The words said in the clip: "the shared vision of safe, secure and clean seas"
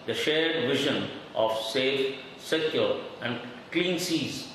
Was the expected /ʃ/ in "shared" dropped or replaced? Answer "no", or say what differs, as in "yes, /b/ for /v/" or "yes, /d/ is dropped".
no